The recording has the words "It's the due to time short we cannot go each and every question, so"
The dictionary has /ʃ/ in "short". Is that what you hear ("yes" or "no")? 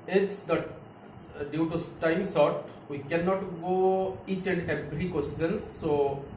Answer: no